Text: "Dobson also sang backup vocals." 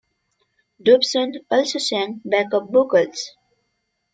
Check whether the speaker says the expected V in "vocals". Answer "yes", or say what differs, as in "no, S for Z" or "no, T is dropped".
no, B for V